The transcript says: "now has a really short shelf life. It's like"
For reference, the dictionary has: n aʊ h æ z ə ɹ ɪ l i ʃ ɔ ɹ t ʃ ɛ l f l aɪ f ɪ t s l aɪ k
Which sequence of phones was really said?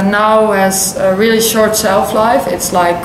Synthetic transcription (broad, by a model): n aʊ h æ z ə ɹ ɪ l i ʃ ɔ ɹ t s ɛ l f l aɪ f ɪ t s l aɪ k